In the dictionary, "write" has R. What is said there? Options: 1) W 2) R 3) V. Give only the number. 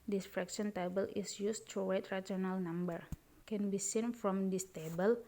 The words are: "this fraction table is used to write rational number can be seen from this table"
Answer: 1